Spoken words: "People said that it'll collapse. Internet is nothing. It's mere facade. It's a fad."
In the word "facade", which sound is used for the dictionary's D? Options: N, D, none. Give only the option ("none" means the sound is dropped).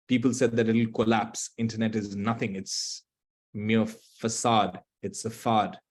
D